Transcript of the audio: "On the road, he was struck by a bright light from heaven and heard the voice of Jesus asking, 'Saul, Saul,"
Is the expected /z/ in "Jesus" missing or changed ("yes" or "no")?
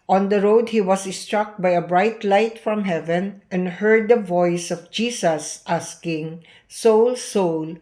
yes